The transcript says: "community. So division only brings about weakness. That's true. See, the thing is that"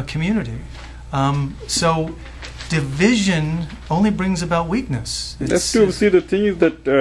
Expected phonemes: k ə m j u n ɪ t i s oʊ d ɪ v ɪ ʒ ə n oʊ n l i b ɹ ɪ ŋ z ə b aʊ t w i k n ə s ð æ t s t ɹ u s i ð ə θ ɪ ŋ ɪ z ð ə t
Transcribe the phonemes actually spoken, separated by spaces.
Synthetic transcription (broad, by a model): k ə m j u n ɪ t i s oʊ d ɪ v ɪ ʒ ə n oʊ n l i b ɹ ɪ ŋ z ə b aʊ t w i k n ə s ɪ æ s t u s i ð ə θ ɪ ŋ ɪ z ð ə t